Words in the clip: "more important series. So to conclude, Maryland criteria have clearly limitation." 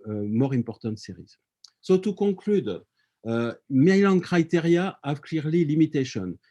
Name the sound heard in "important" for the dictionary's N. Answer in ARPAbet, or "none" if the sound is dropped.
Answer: none